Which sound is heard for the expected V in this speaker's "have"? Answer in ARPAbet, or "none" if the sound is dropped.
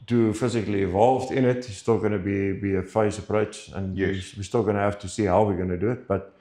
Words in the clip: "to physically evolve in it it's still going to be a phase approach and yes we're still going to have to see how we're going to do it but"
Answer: F